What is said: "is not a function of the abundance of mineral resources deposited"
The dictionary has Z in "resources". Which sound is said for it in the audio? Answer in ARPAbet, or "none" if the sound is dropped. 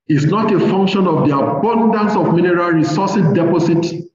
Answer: none